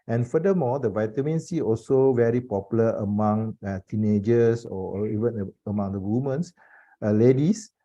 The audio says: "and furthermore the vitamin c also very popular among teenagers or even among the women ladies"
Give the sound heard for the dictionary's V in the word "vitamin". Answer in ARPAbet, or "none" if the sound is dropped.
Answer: V